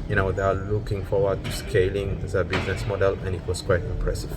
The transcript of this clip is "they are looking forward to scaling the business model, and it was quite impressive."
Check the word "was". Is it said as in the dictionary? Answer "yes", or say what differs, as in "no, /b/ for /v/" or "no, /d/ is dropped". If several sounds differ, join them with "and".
no, /s/ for /z/